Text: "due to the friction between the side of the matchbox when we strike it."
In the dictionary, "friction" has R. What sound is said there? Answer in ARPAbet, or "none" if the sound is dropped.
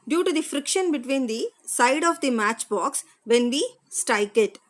R